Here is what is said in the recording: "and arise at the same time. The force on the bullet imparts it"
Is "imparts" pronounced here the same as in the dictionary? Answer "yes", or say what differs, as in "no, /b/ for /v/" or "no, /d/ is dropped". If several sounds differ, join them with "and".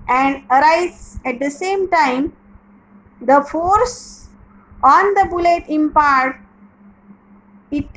no, /s/ is dropped